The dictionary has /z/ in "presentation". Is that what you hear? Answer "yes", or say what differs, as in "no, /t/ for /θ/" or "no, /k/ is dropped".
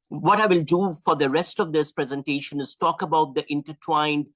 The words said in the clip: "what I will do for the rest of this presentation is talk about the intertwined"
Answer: yes